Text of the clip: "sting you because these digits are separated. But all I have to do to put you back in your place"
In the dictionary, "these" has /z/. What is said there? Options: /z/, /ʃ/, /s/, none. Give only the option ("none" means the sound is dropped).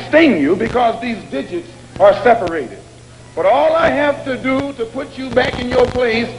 /z/